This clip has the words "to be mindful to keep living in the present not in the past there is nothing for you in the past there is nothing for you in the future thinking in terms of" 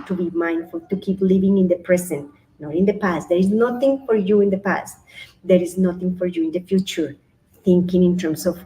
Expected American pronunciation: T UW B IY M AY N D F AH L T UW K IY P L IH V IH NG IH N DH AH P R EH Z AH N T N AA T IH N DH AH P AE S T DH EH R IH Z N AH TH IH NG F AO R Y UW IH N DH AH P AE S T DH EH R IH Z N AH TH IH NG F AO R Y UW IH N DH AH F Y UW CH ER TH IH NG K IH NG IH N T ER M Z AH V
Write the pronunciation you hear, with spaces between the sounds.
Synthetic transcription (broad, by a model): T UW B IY M AY N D F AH L T UW K IY P L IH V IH NG IH N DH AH P R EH S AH N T N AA T IH N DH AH P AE S T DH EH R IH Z N AH TH IH NG F AO R Y UW IH N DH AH P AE S T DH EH R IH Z N AH TH IH NG F AO R Y UW IH N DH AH F Y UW CH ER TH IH NG K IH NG IH N T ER M S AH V